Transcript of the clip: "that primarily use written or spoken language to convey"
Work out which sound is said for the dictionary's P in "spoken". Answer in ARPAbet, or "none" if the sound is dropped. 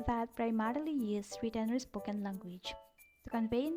B